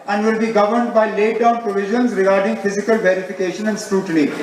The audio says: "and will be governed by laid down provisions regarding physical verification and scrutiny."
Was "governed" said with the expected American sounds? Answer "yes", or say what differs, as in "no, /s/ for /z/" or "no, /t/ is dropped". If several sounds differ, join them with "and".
yes